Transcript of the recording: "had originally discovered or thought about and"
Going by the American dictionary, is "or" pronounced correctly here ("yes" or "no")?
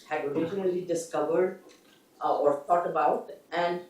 yes